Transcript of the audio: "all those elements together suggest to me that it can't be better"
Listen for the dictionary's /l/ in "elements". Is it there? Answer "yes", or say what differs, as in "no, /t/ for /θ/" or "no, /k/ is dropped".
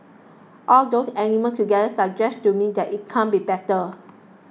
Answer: no, /n/ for /l/